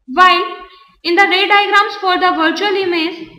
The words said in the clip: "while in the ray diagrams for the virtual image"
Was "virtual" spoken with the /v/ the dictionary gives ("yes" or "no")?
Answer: yes